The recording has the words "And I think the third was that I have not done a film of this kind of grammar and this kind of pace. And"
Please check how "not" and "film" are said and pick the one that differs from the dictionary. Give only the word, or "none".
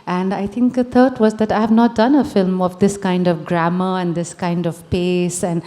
none